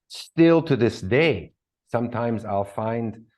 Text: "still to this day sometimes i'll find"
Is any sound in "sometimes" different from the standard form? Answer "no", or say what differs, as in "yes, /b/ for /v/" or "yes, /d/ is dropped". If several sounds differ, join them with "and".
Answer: no